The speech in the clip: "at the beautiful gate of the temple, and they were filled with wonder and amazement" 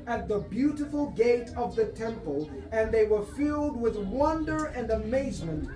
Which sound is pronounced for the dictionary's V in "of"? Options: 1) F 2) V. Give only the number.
2